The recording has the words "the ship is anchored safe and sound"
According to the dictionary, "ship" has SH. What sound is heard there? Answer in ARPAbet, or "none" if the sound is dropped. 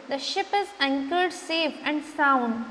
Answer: SH